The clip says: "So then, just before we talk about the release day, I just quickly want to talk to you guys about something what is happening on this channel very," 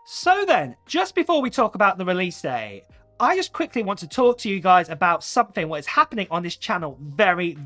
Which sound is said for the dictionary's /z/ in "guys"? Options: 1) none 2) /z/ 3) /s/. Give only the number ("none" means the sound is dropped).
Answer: 2